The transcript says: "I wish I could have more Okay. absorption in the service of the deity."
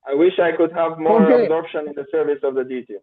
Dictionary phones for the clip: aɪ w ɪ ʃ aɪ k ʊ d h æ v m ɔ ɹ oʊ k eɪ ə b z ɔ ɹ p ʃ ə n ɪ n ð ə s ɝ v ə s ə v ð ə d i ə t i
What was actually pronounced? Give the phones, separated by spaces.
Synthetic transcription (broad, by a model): aɪ w ɪ ʃ aɪ k ʊ d h æ v m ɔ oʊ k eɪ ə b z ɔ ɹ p ʃ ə n ɪ n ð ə s ɝ v ə s ə v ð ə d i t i